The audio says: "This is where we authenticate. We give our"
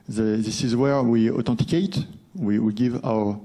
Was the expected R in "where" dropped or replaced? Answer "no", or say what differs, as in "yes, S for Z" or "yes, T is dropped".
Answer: no